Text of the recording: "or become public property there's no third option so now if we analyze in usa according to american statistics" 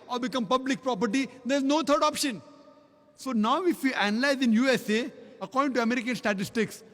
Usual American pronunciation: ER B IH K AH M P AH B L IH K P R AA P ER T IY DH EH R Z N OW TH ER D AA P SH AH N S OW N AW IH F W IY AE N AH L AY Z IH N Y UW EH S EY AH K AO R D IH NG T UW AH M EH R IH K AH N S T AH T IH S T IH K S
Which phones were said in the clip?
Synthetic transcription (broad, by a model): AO B IH K AH M P AH B L IH K P R AA P ER T IY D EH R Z N OW T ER D AA P SH AH N S OW N AW IH F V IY AE N AH L AY Z IH N Y UW EH S EY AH K AO R D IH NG T UW AH M EH R IH K AH N S T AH T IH S T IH K S